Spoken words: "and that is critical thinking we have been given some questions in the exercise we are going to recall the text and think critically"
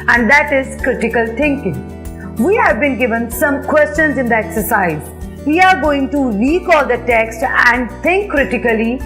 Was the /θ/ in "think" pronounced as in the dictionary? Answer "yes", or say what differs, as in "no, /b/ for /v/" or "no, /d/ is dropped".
no, /t/ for /θ/